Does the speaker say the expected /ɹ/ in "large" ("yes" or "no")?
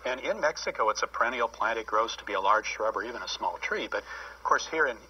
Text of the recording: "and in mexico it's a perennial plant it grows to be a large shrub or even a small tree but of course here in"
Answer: yes